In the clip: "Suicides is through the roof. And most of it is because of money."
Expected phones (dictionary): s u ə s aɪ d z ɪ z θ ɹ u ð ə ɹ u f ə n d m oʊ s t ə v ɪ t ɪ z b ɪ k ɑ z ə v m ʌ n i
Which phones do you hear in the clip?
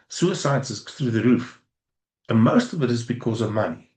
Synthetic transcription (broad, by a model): s u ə s aɪ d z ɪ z θ ɹ u ð ə ɹ u f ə n m oʊ s t ə v ɪ t ɪ z b ɪ k ɑ z ə v m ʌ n i